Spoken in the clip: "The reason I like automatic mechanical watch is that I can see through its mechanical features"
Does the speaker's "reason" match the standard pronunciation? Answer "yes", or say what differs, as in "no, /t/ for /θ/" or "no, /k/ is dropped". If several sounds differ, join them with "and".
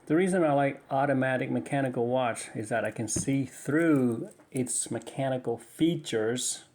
yes